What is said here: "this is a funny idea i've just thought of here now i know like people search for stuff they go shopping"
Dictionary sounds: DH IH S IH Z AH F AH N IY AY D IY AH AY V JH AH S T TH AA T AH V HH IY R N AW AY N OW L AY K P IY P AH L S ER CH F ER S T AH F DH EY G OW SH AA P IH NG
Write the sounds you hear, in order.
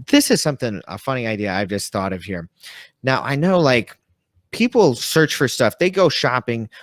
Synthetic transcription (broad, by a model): DH IH S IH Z AH F AH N IY AY D IY AH AY V JH AH S T TH AA T AH V HH IY R N AW AY N OW L AY K P IY P L S ER CH F ER S T AH F DH EY G OW SH AA P IH NG